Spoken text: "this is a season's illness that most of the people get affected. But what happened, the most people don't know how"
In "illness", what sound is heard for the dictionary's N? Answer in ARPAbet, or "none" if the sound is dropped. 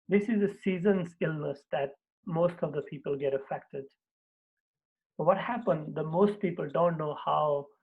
N